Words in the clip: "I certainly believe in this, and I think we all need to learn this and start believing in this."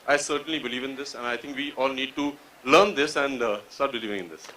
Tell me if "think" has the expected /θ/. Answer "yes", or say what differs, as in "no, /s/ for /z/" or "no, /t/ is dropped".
no, /t/ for /θ/